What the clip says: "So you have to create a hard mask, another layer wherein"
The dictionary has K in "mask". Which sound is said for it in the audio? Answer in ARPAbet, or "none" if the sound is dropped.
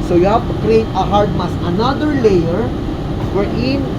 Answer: none